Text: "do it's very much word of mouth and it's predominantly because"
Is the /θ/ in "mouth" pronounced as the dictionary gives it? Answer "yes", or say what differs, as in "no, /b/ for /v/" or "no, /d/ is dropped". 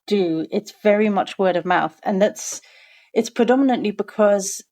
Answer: yes